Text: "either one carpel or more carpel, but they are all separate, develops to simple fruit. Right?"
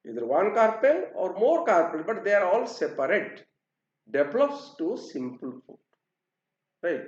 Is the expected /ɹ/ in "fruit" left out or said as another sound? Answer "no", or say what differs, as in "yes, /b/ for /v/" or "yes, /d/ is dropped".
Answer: yes, /ɹ/ is dropped